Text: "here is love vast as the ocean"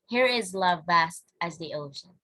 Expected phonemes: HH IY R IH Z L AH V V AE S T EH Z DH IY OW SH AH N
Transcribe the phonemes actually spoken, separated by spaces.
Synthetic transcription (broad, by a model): HH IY R IH Z L AH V V AE S T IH Z DH IY OW SH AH N